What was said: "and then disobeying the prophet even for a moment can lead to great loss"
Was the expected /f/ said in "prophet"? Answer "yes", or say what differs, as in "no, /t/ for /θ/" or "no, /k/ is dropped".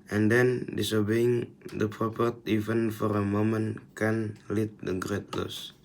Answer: no, /p/ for /f/